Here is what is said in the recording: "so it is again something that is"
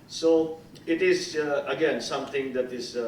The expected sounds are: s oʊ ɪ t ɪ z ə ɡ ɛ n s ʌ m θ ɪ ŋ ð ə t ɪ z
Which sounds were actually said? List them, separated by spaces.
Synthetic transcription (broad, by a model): s oʊ ɪ t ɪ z ə ɡ ɛ n s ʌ m t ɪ ŋ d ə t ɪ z